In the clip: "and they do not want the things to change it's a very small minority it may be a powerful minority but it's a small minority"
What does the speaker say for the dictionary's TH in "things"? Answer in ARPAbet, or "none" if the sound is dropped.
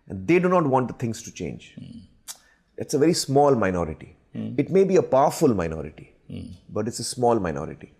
T